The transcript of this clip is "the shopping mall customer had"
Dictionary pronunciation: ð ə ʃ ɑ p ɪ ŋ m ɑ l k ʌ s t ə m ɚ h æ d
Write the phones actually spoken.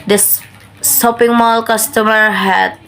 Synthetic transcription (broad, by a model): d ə s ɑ p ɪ ŋ m ɑ l k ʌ s t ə m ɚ h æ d